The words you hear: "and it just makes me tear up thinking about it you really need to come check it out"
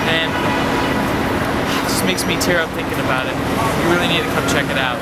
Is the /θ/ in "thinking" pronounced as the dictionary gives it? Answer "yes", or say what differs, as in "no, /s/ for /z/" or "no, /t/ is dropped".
yes